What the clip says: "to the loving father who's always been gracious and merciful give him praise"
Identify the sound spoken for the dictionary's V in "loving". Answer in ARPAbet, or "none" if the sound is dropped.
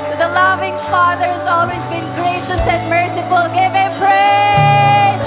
V